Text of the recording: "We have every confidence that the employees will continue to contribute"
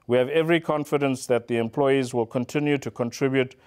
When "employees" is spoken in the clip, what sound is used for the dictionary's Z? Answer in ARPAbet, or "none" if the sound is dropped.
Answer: Z